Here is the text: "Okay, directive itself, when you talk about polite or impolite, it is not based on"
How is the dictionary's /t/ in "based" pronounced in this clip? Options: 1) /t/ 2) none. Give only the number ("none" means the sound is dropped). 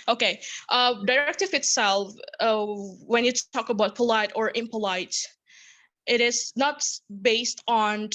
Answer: 1